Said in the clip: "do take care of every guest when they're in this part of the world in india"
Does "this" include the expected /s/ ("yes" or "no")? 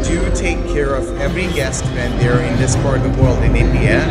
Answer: yes